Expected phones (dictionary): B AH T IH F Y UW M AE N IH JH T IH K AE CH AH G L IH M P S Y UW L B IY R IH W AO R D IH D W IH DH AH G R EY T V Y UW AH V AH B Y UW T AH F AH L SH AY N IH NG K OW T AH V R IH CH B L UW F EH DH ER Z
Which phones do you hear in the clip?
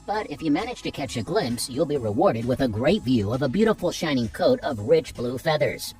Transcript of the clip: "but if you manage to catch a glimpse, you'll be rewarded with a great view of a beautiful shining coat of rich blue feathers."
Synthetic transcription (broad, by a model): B AH T IH F Y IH M AE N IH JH T IH K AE CH AH G L IH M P S Y UW L B IY R IH W AO R D IH D W IH DH AH G R EY T V Y UW AH V AH B Y UW T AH F L SH AY N IH NG K OW T AH V R IH CH B L UW F EH DH ER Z